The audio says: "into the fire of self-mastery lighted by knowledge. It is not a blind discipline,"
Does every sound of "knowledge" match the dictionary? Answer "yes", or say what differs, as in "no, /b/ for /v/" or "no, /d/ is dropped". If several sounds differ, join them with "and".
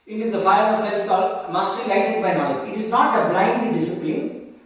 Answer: no, /dʒ/ is dropped